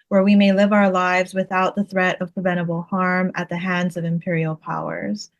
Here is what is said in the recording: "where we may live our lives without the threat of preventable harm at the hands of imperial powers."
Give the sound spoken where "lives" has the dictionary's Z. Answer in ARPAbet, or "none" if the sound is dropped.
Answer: Z